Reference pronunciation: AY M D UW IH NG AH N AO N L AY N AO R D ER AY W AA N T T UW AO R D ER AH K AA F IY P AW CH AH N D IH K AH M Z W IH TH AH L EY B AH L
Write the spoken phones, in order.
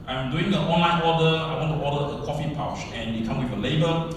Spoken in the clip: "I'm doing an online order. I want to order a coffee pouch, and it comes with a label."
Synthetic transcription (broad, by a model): AY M D UW IH NG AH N AO N L AY N AO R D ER AY W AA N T T UW AO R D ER AH K AA F IY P AW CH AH N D IH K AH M W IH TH AH L EY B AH